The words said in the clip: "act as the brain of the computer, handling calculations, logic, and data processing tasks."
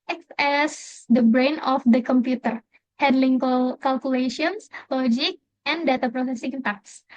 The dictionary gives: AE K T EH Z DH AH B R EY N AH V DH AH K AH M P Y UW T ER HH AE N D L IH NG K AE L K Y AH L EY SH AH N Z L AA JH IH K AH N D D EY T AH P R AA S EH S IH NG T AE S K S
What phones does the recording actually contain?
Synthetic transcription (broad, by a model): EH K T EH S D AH B R EY N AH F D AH K AH M P Y UW T ER HH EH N D L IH NG K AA L K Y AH L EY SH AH N S L AA JH IH K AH N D D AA T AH P R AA S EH S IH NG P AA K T S